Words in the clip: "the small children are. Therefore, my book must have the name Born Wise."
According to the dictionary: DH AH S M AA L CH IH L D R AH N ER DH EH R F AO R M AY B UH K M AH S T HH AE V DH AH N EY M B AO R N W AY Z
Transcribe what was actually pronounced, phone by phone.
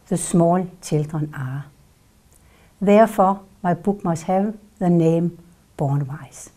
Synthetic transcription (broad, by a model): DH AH S M AA L S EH L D R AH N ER DH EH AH F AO M AY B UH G M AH S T HH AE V DH AH N EY M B AO N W AY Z